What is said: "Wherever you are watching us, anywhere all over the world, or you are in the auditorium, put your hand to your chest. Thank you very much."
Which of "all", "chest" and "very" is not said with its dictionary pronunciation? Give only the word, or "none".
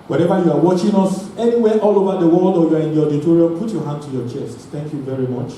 none